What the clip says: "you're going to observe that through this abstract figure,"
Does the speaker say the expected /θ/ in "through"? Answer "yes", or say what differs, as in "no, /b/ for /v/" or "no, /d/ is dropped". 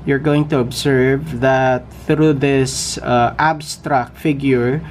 yes